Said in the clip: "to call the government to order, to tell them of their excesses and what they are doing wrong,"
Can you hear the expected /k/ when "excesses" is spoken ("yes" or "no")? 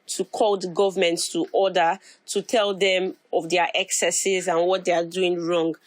yes